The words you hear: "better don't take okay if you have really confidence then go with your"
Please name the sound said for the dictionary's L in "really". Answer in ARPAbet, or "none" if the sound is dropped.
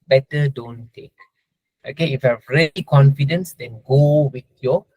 none